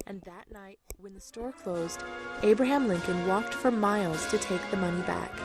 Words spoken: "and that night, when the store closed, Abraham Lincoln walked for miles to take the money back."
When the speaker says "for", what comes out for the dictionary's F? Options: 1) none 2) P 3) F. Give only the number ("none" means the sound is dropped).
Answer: 3